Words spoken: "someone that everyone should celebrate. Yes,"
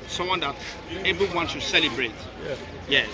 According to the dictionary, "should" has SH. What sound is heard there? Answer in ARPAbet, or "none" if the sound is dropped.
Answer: S